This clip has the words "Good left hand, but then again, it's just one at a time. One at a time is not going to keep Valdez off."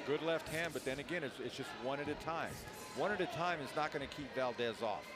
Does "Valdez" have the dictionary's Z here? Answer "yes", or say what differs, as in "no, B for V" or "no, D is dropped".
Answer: yes